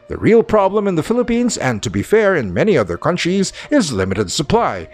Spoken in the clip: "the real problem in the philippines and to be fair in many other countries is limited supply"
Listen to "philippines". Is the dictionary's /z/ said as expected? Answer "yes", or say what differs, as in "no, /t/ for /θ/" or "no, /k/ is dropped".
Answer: yes